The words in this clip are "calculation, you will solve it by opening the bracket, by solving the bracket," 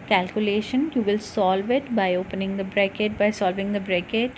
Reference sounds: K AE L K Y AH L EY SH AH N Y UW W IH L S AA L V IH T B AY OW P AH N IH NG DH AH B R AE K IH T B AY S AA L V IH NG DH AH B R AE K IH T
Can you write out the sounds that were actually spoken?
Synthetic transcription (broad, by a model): K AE L K Y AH L EY SH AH N Y UW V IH L S AA L V IH T B AY OW P AH N IH NG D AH B R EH K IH T B AY S AA L V IH NG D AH B R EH K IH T